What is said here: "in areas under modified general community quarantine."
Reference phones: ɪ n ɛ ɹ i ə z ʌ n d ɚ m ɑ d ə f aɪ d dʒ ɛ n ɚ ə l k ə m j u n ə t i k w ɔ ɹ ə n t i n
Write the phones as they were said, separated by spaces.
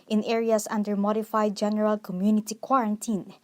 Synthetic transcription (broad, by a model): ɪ n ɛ ɹ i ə s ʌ n d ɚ m ɑ d ə f aɪ d dʒ ɛ n ɚ ə l k ə m j u n ə t i k w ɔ ɹ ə n t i n